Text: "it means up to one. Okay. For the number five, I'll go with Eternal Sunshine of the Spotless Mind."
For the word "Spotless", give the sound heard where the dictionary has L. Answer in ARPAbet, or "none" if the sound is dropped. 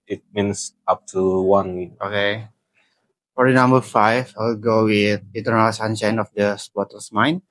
none